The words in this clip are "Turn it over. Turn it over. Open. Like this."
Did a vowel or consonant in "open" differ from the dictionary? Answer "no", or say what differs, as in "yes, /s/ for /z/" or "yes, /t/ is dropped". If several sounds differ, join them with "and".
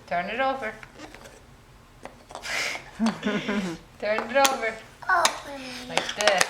yes, /p/ is dropped